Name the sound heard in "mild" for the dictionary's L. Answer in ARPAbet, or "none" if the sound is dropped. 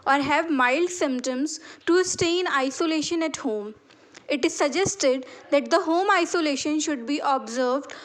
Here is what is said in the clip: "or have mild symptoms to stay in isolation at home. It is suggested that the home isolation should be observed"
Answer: L